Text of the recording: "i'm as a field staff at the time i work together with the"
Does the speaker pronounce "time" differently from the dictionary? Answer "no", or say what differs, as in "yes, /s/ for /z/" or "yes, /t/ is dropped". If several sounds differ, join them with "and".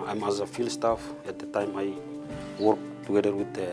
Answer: no